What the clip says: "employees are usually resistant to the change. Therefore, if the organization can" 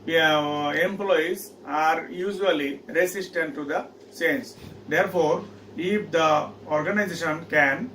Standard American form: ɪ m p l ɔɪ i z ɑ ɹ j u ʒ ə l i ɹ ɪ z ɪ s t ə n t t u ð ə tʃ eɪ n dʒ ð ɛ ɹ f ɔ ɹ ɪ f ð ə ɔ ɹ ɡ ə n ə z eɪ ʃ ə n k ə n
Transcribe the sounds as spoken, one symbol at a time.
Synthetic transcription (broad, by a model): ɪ m p l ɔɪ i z ɑ ɹ j u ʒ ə l i ɹ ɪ s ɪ s t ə n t t u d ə s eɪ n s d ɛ ɹ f ɔ ɹ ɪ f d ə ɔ ɹ ɡ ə n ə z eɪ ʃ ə n k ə n